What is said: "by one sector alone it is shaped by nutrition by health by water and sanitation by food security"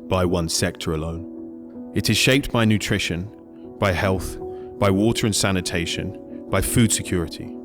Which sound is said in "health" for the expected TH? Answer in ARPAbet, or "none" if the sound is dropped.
TH